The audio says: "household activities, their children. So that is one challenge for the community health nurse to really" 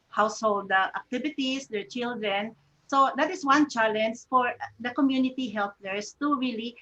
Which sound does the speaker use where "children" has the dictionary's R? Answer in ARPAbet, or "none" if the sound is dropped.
R